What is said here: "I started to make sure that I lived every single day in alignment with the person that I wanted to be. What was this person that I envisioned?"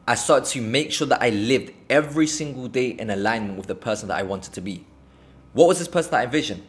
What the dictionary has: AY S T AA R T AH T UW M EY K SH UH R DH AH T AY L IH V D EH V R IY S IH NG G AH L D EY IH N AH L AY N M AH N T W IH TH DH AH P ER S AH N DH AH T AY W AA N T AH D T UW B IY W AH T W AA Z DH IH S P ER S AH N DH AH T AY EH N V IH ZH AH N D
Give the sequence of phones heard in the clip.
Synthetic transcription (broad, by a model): AY S AA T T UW M EY K SH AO DH AH T AY L IH V D EH V R IY S IH NG G AH L D EY IH N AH L AY N M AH N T W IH DH AH P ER S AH N DH AH T AY W AA N T AH D T UW B IY W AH T W AA Z DH IH S P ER S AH N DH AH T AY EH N V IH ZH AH N